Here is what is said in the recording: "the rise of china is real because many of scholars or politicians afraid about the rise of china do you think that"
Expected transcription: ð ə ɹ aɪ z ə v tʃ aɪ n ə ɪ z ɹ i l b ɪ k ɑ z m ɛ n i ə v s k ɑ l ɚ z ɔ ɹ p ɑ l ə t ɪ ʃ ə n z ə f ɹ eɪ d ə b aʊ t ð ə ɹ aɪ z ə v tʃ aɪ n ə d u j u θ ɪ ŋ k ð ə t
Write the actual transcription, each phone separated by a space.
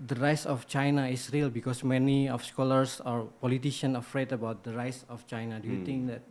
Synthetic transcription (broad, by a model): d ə ɹ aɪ s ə f tʃ aɪ n ə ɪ s ɹ i l b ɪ k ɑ s m ɛ n i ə f s k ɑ l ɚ s ɔ ɹ p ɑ l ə t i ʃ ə n ə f ɹ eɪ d ə b aʊ t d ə ɹ aɪ s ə f tʃ aɪ n ə d u j u t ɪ ŋ k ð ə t